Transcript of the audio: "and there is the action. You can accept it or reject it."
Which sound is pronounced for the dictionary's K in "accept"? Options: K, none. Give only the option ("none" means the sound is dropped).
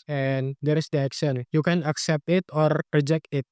K